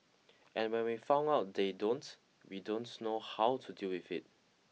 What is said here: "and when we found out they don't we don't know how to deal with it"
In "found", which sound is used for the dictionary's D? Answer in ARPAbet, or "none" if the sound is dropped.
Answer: none